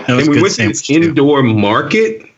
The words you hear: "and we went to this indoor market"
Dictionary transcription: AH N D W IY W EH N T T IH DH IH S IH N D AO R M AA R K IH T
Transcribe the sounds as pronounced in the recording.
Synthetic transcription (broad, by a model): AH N W IY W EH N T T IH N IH IH N D AO R M AA R K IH T